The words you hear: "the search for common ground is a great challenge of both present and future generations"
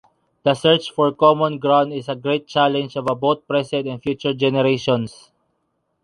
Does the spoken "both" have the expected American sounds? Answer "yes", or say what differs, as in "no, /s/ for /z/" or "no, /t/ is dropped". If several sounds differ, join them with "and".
no, /t/ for /θ/